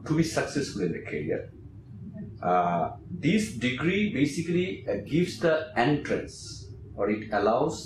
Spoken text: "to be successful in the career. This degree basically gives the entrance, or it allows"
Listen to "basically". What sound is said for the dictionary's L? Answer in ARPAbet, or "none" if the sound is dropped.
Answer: L